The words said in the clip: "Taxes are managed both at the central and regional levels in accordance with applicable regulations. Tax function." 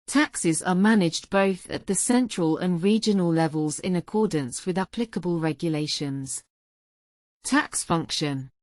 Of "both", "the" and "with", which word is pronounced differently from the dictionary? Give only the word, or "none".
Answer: none